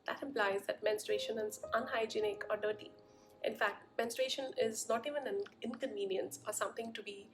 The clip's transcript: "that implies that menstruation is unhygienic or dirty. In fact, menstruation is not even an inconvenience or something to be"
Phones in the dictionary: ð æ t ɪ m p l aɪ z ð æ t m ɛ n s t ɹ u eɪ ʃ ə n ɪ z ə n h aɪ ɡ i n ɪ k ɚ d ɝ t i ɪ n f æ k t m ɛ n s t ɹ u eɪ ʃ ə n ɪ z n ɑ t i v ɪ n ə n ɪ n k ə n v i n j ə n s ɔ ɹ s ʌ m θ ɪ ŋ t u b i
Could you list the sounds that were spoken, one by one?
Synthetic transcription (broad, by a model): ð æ t ɪ m p l aɪ z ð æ t m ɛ n s t ɹ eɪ ʃ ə n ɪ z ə n h aɪ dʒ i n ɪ k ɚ d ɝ t i ɪ n f æ k t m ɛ n s t ɹ eɪ ʃ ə n ɪ z n ɑ t i v ɪ n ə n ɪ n k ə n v i n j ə n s ɔ ɹ s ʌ m t ɪ ŋ t u b i